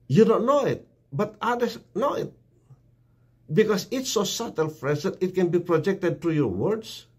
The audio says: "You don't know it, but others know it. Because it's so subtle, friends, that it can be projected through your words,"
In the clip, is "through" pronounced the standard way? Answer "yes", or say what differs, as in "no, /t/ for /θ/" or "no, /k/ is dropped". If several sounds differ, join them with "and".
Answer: no, /t/ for /θ/